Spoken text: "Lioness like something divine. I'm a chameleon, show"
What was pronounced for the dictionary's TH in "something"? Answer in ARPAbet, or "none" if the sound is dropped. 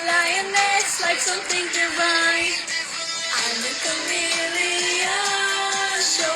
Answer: TH